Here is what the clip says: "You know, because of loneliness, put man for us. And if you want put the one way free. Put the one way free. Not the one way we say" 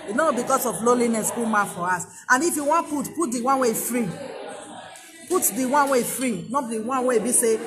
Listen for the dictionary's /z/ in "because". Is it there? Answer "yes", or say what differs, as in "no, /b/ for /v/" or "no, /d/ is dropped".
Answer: no, /s/ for /z/